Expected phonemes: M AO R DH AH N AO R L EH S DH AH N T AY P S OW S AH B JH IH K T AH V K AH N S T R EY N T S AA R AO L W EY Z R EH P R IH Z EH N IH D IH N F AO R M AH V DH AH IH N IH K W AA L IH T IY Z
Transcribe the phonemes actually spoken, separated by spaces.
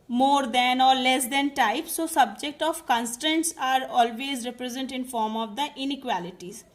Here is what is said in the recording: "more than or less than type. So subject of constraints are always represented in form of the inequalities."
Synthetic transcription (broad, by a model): M AO R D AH N AO R L EH S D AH N T AY P S OW S AH B JH IH K T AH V K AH N S T EY N T S AA R AO L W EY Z R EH P R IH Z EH N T IH N F AO R M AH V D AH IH N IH K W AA L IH T IY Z